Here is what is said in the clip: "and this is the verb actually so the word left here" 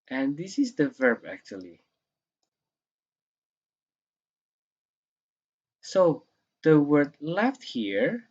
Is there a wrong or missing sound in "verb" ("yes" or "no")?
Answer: no